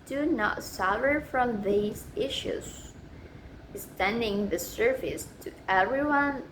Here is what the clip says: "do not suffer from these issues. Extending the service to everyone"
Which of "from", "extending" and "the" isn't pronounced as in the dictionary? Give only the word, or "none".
extending